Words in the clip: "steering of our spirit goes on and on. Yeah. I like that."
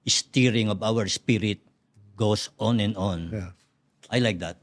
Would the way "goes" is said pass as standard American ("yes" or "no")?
no